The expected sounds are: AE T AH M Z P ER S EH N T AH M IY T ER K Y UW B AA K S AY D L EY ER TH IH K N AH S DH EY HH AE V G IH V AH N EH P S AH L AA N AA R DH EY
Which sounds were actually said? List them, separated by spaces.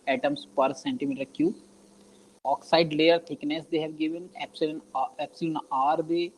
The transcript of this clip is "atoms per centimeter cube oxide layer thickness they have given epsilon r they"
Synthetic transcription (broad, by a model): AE T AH M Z P ER S EH N T AH M IY T ER K Y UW AA K S AY D L EY ER T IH K N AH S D EY HH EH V G IH V AH N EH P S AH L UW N AA R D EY